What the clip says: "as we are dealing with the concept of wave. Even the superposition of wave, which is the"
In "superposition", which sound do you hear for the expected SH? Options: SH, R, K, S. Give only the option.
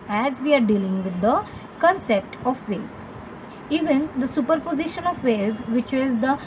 SH